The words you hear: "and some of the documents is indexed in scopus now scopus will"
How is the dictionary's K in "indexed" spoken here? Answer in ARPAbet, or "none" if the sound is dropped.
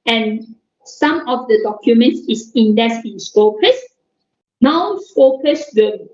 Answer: none